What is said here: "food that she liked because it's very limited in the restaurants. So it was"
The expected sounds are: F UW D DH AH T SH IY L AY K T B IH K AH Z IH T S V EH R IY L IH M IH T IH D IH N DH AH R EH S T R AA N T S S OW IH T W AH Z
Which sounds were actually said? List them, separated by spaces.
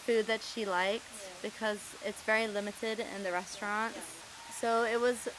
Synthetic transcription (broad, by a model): F UW D DH AH T SH IY L AY K T B IH K AH Z IH T S V EH R IY L IH M IH T IH D IH N DH AH R EH S T R AA N T S S OW IH T W AH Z